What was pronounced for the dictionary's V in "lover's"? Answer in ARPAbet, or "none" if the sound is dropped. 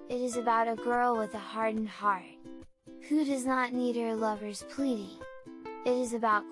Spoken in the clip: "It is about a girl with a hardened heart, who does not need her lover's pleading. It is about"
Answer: V